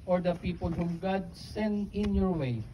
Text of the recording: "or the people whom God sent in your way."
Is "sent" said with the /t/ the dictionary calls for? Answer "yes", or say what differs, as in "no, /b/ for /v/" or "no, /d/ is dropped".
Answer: no, /t/ is dropped